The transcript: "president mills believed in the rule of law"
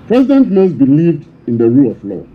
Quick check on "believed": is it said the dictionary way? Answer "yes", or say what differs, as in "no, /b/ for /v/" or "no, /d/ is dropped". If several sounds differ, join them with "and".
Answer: yes